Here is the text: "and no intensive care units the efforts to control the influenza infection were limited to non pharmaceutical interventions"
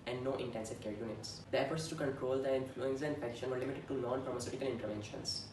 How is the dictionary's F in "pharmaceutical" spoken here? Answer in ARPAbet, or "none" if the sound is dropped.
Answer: F